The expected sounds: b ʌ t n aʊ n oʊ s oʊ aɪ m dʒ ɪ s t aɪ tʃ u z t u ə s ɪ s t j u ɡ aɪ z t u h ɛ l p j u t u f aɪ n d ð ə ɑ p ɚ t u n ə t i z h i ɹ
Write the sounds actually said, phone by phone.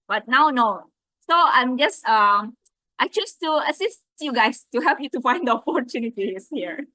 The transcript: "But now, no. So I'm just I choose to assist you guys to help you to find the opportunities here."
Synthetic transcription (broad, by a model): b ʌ t n aʊ n oʊ s oʊ aɪ m dʒ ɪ s t aɪ tʃ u s t u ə s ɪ s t j u ɡ aɪ s t u h ɛ l p j u t u f aɪ n d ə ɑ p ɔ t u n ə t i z h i ɹ